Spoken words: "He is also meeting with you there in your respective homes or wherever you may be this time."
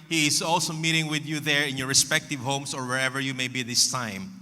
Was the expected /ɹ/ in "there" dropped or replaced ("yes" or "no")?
no